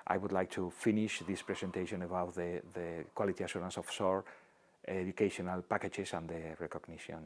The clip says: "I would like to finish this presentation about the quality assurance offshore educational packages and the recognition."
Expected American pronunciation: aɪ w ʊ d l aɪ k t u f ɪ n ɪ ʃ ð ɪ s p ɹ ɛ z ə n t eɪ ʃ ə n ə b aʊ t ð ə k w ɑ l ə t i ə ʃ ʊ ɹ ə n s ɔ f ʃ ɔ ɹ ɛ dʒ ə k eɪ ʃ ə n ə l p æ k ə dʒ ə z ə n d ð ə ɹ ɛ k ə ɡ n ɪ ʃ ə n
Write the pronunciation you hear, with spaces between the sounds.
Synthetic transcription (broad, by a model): aɪ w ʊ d l aɪ k t u f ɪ n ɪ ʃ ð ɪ s p ɹ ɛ s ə n t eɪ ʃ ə n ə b aʊ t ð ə k w ɑ l ə t i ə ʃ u ɹ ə n s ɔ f s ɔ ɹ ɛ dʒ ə k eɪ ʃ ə n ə l p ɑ k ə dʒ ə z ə n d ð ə ɹ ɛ k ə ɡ n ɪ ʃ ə n